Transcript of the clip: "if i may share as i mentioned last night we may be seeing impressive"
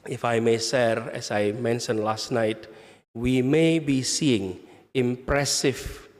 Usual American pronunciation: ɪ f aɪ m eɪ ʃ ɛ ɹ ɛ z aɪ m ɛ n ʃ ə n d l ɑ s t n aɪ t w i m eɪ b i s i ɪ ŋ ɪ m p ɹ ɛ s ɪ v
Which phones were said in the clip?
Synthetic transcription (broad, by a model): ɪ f aɪ m eɪ s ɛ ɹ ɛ s aɪ m ɛ n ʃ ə n l ɑ s t n aɪ t w i m eɪ b i s i ɪ ŋ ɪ m p ɹ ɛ s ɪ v